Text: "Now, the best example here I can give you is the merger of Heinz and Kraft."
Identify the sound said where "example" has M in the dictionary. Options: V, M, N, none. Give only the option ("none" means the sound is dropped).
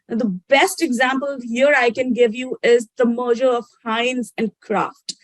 M